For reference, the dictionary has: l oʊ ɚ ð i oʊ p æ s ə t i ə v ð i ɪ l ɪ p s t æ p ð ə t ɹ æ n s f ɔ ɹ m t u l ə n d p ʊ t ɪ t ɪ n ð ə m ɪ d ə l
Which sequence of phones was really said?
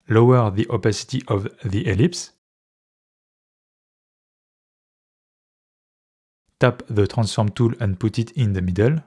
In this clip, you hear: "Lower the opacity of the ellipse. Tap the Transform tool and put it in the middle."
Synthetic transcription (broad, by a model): l oʊ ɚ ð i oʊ p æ s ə t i ə v ð i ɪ l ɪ p s t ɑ p ð ə t ɹ æ n s f ɔ ɹ m t u l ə n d p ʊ t ɪ t ɪ n ð ə m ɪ d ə l